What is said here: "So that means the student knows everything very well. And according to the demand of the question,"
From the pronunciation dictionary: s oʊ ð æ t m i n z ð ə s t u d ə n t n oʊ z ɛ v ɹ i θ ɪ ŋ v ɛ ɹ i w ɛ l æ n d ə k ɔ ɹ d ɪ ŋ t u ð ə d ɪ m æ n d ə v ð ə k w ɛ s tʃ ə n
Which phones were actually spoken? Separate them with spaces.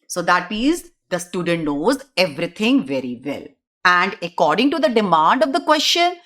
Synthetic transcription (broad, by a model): s oʊ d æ t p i z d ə s t u d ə n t n oʊ z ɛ v ɹ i t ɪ ŋ v ɛ ɹ i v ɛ l æ n d ə k ɔ ɹ d ɪ ŋ t u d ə d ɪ m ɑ n d ə v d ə k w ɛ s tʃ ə n